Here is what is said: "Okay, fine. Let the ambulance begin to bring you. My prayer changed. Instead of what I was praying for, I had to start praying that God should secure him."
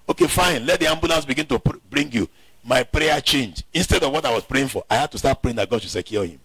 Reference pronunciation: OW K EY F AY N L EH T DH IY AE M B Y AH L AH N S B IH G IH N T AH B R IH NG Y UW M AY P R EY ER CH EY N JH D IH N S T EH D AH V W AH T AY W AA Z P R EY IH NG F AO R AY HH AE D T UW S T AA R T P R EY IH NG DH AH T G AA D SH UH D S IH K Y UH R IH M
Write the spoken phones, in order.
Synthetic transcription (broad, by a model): OW K EY F AY N L EH T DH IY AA M B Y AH L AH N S B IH G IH N T AH B R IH NG Y UW M AY P R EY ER CH EY N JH IH N S T EH D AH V W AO T AY W AA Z P R EY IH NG F AO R AY HH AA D T UW S T AA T P R EY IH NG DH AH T G AA D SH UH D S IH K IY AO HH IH M